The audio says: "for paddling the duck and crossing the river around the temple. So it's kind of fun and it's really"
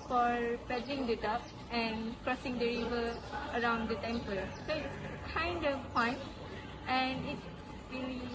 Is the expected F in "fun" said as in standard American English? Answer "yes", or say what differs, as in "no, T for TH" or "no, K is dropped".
no, P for F